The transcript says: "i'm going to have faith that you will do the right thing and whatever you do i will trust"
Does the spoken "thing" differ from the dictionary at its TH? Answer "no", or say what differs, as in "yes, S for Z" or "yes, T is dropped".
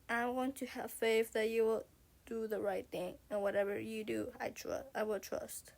no